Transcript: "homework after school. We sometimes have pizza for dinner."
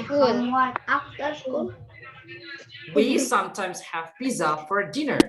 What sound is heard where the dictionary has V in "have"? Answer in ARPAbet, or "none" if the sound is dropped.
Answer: V